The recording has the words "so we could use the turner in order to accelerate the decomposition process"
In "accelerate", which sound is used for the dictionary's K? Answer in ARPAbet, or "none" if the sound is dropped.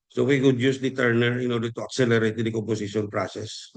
K